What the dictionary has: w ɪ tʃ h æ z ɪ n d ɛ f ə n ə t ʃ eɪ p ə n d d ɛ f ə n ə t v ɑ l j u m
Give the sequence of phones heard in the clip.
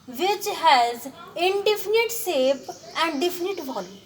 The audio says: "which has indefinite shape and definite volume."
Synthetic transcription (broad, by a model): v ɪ tʃ h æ z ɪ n d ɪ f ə n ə t s eɪ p ə n d d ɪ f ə n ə t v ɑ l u